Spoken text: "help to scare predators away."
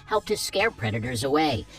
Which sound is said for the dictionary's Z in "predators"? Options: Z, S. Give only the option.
Z